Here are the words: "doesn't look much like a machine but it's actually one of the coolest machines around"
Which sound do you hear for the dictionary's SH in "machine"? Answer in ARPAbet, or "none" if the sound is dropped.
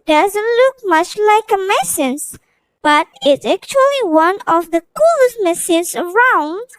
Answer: S